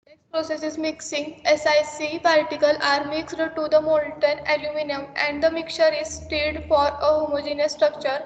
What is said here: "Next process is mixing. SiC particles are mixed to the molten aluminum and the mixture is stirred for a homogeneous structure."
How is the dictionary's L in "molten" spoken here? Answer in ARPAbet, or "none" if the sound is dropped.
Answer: N